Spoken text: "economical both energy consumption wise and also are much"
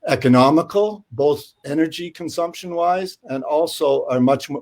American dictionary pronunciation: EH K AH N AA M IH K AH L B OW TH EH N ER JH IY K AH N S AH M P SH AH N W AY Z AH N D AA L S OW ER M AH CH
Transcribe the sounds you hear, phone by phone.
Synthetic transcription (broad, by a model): EH K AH N AA M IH K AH L B OW TH EH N ER JH IY K AH N S AH M P SH AH N W AY Z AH N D AA L S OW ER M AH CH